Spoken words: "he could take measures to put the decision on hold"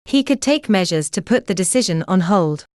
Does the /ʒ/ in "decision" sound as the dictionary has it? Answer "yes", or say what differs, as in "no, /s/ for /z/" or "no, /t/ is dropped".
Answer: yes